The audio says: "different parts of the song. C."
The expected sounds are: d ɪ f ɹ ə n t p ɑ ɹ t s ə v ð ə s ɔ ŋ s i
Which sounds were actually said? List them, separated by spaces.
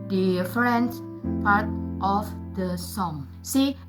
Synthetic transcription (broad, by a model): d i f ɹ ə n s p ɑ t t ə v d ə s ɔ ŋ s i